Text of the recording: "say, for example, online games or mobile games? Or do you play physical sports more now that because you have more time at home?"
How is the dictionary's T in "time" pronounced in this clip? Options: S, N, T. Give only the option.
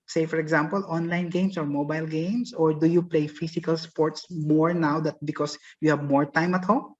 T